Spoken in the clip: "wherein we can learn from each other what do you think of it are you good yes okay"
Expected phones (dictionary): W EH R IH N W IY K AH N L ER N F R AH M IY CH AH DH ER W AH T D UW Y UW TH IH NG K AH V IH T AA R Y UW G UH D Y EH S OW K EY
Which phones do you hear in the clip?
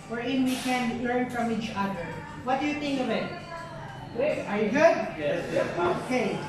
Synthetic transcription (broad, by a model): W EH R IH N W IY K AH N L ER N F R AH M IY CH AH DH ER W AH T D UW Y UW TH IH NG K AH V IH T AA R Y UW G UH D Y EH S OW K EY